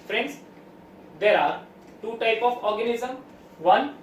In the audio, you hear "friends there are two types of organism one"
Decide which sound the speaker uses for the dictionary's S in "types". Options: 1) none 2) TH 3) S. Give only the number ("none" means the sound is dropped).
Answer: 1